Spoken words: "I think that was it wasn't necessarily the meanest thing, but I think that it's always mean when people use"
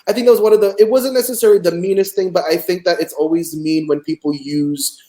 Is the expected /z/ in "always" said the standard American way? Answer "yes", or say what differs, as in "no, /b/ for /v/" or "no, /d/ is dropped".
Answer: yes